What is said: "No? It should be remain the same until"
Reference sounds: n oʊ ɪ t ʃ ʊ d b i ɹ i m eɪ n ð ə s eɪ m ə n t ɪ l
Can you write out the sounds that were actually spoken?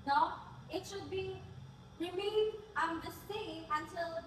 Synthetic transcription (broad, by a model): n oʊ ɪ t ʃ ʊ d b i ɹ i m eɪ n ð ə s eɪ ə n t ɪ l